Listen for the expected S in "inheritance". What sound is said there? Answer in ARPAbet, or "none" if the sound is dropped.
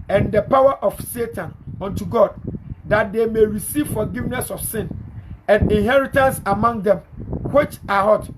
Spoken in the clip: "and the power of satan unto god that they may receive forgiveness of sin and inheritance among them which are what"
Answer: S